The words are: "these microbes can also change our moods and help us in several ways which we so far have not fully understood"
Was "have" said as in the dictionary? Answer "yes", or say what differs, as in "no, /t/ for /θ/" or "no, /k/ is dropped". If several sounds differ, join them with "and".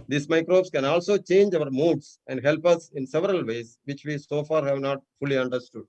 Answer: yes